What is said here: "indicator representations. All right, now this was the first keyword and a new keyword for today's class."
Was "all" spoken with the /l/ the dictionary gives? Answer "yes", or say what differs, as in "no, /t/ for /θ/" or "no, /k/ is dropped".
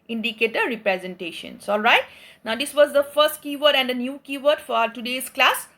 yes